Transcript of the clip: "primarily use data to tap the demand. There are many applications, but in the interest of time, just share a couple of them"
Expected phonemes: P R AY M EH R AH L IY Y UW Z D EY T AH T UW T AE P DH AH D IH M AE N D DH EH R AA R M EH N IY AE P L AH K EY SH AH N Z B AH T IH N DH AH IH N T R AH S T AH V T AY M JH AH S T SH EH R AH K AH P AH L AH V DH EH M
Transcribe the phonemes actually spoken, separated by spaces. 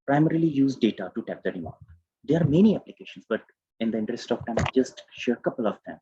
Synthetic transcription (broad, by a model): P R AY M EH R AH L IY Y UW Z D EY T AH T UW T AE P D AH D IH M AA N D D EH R AA R M EH N IY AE P L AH K EY SH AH N S B AH T IH N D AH IH N T R AH S T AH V T AY M JH AH S T SH EH R AH K AH P AH L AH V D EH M